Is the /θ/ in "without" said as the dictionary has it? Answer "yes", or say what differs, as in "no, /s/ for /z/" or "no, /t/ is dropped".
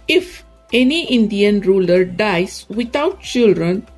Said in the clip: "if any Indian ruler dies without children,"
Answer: no, /t/ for /θ/